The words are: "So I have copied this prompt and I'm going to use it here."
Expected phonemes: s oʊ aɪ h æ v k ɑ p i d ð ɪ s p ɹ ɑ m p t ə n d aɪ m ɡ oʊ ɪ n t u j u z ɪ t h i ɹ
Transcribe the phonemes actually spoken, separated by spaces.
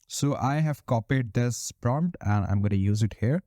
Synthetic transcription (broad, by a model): s oʊ aɪ h æ v k ɑ p i d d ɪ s p ɹ ɑ m p t ə n d aɪ m ɡ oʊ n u j u z ɪ t h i ɹ